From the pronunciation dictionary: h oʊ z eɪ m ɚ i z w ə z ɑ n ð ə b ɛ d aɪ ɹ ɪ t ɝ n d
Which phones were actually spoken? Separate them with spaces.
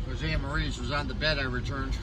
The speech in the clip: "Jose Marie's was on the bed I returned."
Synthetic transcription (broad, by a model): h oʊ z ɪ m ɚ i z w ə z n ð ə b ɛ d aɪ ɹ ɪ t ɝ n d